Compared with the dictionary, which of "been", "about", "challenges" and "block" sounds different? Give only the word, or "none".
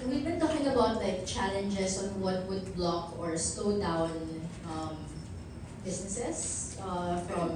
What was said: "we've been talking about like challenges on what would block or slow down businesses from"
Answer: challenges